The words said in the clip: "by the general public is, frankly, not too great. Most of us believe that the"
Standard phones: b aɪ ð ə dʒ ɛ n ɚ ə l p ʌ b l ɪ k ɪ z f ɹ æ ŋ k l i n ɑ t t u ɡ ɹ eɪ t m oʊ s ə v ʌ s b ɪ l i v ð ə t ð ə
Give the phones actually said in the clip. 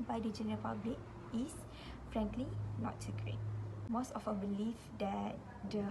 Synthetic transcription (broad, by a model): b aɪ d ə dʒ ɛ n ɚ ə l p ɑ b l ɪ k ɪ s f ɹ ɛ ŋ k l i n ɑ t s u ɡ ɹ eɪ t m oʊ s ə f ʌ b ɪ l i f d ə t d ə